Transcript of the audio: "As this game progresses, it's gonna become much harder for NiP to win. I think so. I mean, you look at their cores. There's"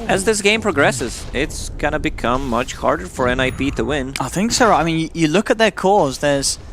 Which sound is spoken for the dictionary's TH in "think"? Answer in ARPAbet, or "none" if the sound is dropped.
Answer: TH